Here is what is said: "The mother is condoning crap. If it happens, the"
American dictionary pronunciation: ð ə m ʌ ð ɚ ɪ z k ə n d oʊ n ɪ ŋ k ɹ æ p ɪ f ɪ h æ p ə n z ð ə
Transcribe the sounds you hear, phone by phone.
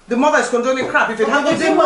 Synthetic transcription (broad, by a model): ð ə m ʌ ð ɚ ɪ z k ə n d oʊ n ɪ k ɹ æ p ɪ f ɪ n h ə z